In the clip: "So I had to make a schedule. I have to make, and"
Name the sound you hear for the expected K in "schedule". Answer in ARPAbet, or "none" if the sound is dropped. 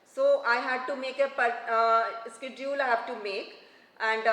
K